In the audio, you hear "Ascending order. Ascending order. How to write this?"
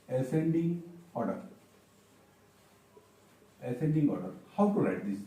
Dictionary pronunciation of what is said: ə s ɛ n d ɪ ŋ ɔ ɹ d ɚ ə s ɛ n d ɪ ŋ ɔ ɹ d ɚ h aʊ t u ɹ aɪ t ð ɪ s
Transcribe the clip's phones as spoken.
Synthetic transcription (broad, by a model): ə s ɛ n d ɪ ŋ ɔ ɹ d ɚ ə s ɛ n d ɪ ŋ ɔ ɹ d h aʊ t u l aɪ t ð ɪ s